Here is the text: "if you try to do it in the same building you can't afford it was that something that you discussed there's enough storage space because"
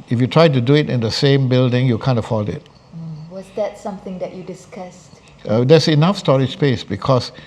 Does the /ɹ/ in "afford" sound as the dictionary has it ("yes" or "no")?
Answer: no